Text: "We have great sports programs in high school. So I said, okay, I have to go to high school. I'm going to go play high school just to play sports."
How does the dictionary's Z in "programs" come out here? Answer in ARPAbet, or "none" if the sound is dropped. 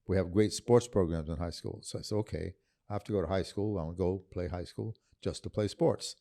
Z